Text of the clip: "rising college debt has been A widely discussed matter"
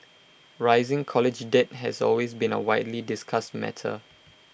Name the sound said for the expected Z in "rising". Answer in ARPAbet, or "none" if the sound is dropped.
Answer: Z